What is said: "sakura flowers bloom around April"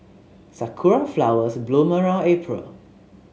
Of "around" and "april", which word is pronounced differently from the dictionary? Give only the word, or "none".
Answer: around